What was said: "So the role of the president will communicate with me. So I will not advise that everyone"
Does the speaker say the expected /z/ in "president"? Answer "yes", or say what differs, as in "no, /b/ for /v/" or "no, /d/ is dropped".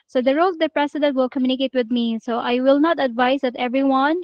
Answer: no, /s/ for /z/